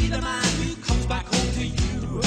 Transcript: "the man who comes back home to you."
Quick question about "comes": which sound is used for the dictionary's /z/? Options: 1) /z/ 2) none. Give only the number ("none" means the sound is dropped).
1